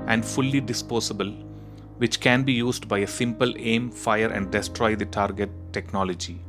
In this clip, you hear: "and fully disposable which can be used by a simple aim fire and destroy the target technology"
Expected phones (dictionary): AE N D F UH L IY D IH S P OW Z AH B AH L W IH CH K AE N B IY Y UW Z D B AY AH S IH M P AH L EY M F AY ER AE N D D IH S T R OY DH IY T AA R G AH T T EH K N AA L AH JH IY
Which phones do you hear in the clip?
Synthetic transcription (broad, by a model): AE N D F UH L IY D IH S P OW S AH B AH L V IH CH K AE N B IY Y UW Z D B AY AH S IH M P AH L EY M F AY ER AE N D D IH S T R OY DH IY T AA R G AH T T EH K N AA L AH JH IY